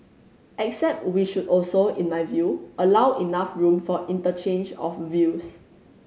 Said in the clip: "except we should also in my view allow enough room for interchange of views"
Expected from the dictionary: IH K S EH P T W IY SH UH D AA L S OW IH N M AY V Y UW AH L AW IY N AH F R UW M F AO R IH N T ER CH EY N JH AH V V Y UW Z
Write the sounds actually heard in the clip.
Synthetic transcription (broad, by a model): IH K S EH P T W IY SH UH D AA L S OW IH N M AY V Y UW AH L AW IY N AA F R UW M F AO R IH N T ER CH EY N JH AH F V Y UW S